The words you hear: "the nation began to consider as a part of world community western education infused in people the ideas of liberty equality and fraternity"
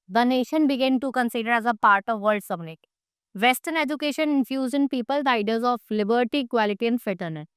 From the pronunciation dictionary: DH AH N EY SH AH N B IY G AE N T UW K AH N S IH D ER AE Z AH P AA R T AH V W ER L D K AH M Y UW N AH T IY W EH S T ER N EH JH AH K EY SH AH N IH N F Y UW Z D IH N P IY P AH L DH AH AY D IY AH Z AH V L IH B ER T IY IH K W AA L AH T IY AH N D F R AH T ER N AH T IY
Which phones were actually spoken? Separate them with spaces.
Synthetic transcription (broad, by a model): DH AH N EY SH AH N B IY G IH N T UW K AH N S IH D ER AE Z AH P AA R T AH V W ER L D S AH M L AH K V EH S T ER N EH JH AH K EY SH AH N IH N F Y UW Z IH N P IY P AH L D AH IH D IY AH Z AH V L IH B ER T IY K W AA L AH T IY AH N D F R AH T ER N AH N